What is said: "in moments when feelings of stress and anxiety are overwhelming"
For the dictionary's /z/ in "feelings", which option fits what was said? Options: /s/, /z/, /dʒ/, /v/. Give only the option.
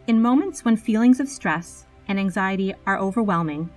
/z/